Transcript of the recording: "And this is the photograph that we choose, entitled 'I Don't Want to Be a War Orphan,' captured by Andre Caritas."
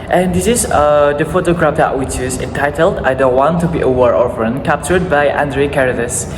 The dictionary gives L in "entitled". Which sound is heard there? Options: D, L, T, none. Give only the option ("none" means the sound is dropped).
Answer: L